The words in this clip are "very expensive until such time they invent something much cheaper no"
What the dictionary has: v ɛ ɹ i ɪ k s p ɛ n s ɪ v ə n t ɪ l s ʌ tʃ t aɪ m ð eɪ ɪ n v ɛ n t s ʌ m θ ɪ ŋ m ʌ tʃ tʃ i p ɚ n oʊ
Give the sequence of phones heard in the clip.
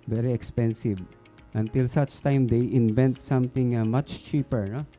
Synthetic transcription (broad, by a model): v ɛ ɹ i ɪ k s p ɛ n s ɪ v ə n t ɪ l s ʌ tʃ t aɪ m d eɪ ɪ n v ɛ n t s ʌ m t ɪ ŋ m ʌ tʃ tʃ i p ɚ n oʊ